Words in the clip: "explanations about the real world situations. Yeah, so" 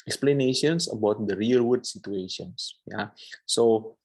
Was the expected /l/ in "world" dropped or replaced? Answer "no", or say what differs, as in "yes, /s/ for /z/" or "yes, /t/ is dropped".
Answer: yes, /l/ is dropped